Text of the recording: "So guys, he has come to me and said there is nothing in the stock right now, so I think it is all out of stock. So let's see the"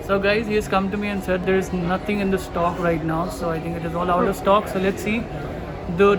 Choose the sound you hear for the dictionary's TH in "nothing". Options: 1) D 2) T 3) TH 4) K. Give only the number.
2